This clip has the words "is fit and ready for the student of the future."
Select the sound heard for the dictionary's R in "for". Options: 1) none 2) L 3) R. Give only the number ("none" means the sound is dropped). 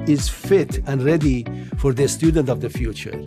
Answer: 3